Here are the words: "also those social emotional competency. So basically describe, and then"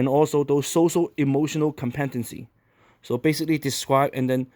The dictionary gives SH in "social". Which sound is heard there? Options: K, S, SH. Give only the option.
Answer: SH